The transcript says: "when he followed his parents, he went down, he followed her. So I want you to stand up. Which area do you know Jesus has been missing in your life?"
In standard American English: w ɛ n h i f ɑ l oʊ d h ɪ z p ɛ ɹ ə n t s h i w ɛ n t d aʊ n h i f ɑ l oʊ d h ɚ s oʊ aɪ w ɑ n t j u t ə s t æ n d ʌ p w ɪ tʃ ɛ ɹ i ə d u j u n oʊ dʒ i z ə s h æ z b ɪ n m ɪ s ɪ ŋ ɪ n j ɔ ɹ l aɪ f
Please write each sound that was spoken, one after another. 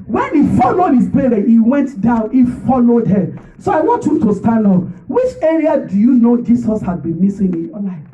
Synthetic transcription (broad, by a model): w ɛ n h i f ɑ l oʊ d h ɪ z b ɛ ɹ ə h i w ɛ n t d aʊ n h i f ɑ l oʊ d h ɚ s oʊ aɪ w ɑ n t j u t ə s t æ n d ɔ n w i tʃ ɛ ɹ i ə d u j u n oʊ dʒ i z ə s h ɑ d b ɪ n m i s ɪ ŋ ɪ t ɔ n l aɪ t